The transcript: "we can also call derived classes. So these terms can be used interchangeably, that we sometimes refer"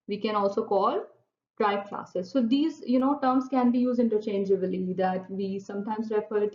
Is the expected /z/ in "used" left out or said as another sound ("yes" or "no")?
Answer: no